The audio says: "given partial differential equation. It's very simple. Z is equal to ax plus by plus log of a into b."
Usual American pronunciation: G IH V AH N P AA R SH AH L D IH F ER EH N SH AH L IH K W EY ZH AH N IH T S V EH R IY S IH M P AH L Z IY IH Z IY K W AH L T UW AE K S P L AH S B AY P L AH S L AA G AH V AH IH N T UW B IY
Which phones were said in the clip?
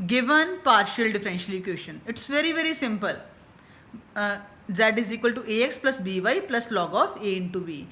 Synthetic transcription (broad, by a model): G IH V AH N P AA R SH AH L D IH F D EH N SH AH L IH K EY SH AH N IH T S V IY R IY S IH M P AH L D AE IH Z IY K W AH L T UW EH K S P L AH S B AY P L AH S L AA G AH F AH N T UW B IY